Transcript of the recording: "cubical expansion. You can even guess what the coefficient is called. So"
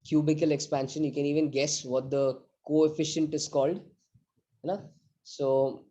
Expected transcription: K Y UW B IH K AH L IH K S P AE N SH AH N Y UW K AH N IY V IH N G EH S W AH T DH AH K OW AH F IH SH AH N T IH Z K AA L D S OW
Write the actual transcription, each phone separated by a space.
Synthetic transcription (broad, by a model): K Y UW B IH K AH L IH K S P AE N SH AH N Y UW K AH N IY V IH N G EH S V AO T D AH K OW AH F IH SH AH N T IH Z K AA L D S OW